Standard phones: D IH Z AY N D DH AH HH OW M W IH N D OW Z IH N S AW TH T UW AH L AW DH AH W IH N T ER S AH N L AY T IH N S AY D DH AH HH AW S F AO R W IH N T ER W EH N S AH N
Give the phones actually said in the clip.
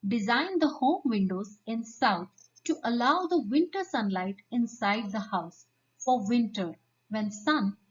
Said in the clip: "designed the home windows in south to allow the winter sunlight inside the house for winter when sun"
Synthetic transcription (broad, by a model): D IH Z AY N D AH HH OW M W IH N D OW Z IH N S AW T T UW AH L AW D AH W IH N T ER S AH N L AY T IH N S AY D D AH HH AW S F AO R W IH N T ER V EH N S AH N